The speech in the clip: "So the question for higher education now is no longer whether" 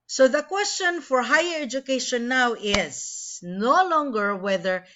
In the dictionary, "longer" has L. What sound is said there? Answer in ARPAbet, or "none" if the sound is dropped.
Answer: L